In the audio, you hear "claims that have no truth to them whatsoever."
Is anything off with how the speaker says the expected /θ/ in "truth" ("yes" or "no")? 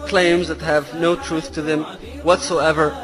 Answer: no